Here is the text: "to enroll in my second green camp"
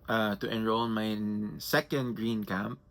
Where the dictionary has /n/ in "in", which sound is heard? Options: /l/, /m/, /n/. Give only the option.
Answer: /l/